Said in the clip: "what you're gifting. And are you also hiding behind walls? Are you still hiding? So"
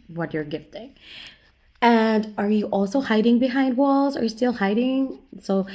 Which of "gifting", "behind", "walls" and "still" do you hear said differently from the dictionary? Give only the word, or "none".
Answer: none